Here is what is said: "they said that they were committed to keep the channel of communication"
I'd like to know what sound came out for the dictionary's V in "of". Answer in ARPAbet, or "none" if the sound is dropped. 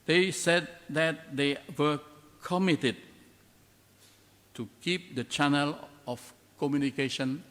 F